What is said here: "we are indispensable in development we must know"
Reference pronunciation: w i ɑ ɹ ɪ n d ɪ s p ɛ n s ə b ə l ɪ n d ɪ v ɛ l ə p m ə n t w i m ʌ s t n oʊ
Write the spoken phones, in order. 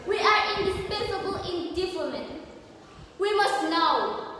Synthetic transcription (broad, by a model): w i ɑ ɹ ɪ n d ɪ s p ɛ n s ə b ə l ɪ n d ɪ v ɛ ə m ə n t w i m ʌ s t n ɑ